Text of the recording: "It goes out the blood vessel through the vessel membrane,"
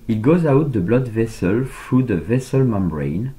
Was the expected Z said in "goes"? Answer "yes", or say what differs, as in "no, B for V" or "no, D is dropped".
yes